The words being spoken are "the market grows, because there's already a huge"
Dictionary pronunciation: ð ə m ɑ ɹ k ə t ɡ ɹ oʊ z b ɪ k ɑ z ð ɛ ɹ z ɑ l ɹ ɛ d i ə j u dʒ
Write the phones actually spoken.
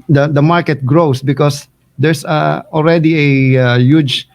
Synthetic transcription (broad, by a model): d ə m ɑ ɹ k ə t ɡ ɹ oʊ s b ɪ k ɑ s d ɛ ɹ s ɑ l ɹ ɛ d i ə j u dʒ